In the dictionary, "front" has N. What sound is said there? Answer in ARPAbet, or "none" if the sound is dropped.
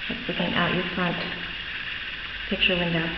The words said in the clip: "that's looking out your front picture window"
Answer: N